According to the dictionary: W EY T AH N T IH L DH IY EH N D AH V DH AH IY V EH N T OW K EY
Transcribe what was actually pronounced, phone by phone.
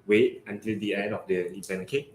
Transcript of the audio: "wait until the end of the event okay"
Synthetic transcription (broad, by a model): W EY T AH N T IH L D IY EH N D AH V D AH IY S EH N OW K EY